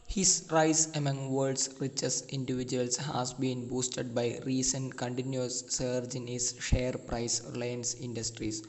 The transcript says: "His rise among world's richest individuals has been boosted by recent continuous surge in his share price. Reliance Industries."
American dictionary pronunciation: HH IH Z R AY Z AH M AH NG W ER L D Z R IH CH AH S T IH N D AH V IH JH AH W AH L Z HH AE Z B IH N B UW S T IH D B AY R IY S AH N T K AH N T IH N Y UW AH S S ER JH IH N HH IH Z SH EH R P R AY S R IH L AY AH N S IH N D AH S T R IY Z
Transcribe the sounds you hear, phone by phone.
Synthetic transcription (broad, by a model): HH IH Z R AY S AH M AH NG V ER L D S R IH CH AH S IH N D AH V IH JH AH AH L S HH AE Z B IH N B UW S T IH D B AY R IY S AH N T K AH N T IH N Y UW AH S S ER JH IH N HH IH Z SH EH R P R AY S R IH L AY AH N S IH N D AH S T R IY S